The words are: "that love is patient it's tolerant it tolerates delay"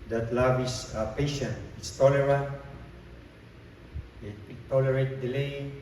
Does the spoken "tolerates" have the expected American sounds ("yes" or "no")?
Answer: no